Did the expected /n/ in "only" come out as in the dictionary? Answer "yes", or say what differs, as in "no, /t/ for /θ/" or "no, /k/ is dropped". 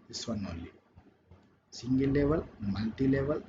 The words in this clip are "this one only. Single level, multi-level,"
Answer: no, /n/ is dropped